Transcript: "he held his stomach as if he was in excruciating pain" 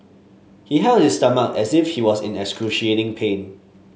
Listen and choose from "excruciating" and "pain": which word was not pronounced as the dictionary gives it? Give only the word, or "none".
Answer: none